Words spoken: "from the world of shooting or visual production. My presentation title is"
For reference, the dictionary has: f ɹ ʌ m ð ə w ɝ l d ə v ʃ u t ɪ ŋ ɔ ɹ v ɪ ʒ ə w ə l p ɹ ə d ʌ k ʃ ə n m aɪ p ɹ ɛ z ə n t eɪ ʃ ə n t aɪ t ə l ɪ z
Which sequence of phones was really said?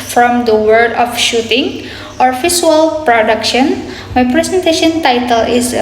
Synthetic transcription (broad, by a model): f ɹ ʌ m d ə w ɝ d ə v ʃ u t ɪ ŋ ɔ ɹ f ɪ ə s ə l p ɹ ə d ʌ k ʃ ə n m aɪ p ɹ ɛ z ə n t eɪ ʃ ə n t aɪ t ə l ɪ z